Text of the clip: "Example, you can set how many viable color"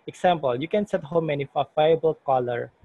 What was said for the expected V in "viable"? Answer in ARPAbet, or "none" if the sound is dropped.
F